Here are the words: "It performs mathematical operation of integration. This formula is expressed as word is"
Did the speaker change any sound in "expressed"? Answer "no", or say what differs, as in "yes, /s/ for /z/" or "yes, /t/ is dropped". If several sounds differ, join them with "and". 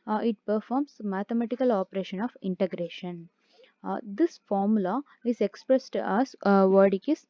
no